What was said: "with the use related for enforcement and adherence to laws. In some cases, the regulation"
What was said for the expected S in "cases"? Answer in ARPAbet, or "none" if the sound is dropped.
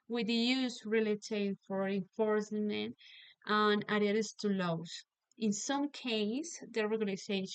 none